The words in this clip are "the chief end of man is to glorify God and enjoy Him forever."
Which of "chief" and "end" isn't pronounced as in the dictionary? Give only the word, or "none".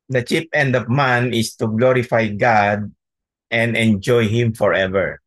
chief